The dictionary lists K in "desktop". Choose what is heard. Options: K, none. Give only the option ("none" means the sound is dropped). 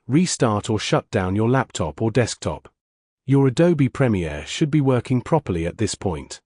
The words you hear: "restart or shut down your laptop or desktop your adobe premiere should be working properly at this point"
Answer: K